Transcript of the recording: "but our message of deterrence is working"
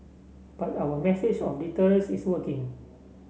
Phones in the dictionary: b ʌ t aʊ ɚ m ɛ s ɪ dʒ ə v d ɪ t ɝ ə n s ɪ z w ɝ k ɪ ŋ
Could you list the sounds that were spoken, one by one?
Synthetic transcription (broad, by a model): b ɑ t aʊ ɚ m ɛ s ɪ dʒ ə f d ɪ t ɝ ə l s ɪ s w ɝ k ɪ ŋ